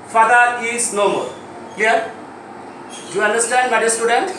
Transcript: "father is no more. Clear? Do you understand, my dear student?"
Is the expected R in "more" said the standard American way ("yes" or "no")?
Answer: no